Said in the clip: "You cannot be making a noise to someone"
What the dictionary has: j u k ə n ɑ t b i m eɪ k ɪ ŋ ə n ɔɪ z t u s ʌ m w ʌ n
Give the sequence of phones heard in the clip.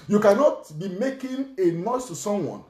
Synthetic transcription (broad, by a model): j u k ə n ɑ t b i m eɪ k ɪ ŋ ə n ɔɪ s t u s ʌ m w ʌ n